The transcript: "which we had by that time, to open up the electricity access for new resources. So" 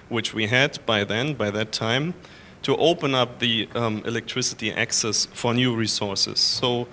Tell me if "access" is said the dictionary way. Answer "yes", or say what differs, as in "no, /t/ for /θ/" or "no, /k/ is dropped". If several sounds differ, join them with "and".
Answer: yes